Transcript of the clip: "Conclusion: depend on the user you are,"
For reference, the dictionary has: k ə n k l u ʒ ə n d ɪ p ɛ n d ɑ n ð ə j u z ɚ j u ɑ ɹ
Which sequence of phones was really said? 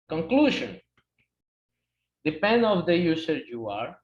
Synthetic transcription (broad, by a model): k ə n k l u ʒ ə n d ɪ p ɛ n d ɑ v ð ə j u s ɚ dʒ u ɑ ɹ